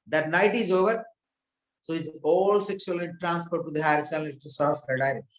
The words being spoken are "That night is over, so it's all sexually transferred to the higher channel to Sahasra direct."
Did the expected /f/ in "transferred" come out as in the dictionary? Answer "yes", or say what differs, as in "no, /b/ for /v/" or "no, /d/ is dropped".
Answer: no, /p/ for /f/